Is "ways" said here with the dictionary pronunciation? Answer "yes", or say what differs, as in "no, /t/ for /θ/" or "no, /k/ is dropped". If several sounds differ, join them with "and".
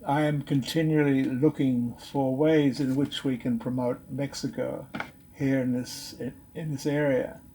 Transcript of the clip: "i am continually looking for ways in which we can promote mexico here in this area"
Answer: yes